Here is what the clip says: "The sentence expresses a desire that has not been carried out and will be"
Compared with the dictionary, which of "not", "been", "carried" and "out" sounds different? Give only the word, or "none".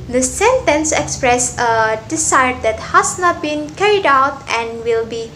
none